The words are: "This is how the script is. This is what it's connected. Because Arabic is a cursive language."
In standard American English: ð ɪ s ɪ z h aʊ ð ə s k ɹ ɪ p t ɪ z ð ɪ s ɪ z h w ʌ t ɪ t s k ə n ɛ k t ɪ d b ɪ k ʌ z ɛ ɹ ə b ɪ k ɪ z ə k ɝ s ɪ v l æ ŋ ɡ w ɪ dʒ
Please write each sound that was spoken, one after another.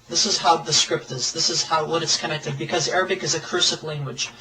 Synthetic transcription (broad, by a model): ð ɪ s ɪ z h aʊ ð ə s k ɹ ɪ p t ɪ z ð ɪ s ɪ z h w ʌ t ɪ t s k ə n ɛ k t ɪ d b ɪ k ʌ z ɛ ɹ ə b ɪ k ɪ z ə k ɝ s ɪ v l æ ŋ ɡ w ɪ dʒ